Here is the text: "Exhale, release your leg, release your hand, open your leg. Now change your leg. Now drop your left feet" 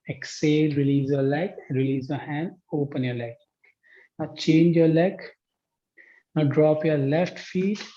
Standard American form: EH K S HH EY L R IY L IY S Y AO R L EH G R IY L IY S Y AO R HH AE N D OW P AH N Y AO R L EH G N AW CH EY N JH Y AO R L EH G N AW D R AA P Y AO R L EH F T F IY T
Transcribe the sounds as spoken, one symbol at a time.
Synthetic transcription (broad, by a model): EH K S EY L R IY L IY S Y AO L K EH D R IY L IY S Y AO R HH AE N D OW P AH N Y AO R L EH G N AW CH EY N JH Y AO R L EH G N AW D R AA P Y AO R L EH F T F IY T